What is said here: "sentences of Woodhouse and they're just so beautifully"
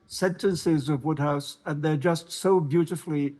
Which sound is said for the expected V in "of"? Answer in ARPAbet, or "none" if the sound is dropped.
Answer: V